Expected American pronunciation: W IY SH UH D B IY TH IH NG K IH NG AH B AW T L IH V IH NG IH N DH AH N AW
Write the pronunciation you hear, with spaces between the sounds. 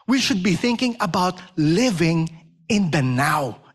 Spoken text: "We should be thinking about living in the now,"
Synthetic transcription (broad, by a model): W IY SH UH D B IY TH IH NG K IH NG AH B AW T L IH V IH NG IH N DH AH N AW